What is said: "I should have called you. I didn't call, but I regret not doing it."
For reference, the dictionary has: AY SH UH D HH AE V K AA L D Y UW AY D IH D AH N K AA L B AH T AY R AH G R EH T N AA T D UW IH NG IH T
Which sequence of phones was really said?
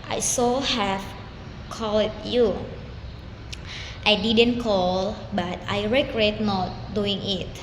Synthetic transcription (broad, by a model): AY S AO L HH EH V K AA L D Y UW AY D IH D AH N K AA L B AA T AY R AH G R EH T N AA T D UW IH NG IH T